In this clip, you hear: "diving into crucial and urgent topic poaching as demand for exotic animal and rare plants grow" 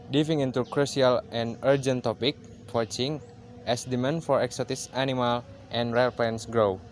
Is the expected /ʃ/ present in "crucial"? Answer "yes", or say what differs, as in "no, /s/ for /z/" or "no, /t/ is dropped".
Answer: no, /s/ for /ʃ/